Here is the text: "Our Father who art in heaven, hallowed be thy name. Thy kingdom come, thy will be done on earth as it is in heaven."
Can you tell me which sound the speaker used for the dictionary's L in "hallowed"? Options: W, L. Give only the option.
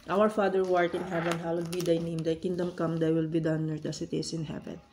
W